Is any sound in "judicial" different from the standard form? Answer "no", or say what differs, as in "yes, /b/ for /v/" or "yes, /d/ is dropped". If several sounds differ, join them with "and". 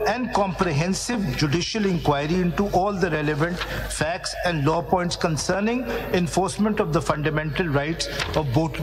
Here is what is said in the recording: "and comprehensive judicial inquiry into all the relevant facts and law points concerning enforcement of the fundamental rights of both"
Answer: no